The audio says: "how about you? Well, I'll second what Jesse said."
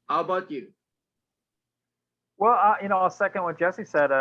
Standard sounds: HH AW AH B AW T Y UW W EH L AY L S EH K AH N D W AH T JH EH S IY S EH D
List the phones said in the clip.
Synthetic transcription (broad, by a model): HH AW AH B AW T Y UW W EH L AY N S EH K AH N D W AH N JH EH S IY S EH D